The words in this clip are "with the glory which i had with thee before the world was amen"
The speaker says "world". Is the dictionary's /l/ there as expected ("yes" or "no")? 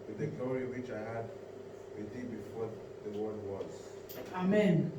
no